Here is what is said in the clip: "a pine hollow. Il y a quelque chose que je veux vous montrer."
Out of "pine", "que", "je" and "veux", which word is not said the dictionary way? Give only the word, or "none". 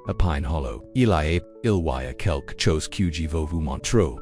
none